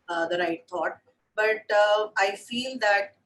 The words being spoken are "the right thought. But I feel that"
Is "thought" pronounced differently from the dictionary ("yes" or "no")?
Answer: yes